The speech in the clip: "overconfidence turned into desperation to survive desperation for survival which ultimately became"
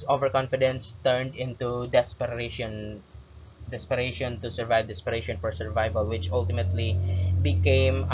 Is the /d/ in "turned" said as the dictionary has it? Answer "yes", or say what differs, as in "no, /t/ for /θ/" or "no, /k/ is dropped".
yes